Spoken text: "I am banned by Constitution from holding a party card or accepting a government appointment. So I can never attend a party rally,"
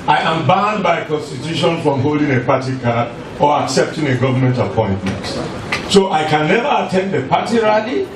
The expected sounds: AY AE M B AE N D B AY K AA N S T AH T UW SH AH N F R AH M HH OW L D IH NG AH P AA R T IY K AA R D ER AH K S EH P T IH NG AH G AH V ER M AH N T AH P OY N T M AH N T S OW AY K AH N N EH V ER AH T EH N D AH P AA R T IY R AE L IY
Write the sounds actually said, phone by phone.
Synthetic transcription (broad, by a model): AY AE M B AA N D B AY K AA N S T AH T UW SH AH N F R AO M HH OW L D IH NG AH P AA T IY K AA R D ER AH K S EH P T IH NG AH G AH V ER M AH N T AH P OY N T M AH N T S OW AY K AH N N EH V ER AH T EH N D AH P AA T IY R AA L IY